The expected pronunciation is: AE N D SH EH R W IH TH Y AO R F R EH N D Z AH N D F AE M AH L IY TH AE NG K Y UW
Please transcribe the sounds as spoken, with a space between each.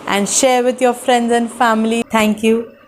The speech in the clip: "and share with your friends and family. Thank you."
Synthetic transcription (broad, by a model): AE N D SH EH R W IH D Y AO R F R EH N D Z AH N D F AE M AH L IY T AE NG K Y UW